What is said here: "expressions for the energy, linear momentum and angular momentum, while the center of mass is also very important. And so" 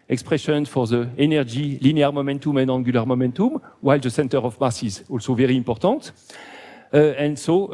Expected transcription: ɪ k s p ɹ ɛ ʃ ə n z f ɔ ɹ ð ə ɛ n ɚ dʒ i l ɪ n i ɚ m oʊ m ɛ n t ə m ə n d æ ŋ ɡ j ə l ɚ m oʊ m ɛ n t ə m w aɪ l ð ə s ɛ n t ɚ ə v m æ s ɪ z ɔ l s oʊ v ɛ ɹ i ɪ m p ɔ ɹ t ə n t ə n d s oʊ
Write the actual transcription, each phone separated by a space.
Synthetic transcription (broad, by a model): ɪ k s p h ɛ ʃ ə n f ɔ ɹ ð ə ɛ n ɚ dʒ i l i n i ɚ m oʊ m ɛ n t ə m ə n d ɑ ɡ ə l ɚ m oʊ m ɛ n t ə m w aɪ l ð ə s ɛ n t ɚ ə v m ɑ s ɪ z ɔ l s oʊ v ɛ ɹ i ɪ p ɔ ɹ t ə t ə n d s oʊ